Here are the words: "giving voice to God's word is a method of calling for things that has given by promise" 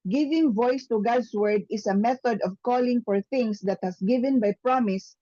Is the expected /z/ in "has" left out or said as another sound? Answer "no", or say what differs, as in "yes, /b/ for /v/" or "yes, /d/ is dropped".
yes, /s/ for /z/